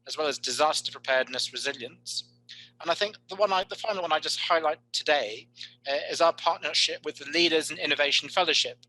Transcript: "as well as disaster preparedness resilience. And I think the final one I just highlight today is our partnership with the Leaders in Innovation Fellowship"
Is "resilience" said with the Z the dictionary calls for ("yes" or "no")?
yes